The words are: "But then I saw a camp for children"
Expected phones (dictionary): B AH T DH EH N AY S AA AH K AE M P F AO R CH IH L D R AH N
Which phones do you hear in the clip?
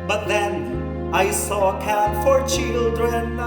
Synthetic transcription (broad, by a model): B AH T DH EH N AY S AA AH K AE P F AO R CH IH L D R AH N